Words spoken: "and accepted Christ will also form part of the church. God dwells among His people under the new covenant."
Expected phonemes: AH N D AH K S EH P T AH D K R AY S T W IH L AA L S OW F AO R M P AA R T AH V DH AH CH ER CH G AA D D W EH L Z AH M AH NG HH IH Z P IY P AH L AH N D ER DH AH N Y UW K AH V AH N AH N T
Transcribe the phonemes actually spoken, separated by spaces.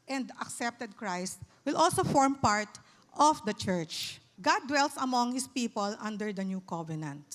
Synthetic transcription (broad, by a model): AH N D AH K S EH P T AH D K R AY S T W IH L AA L S OW F AO R M P AA R T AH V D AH CH ER CH G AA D D W EH L S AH M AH NG HH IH S P IY P AH L AH N D ER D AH N Y UW K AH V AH N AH N T